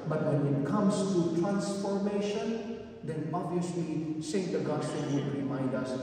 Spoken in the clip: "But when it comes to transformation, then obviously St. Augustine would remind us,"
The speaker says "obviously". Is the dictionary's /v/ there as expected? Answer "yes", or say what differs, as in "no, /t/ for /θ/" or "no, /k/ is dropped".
no, /v/ is dropped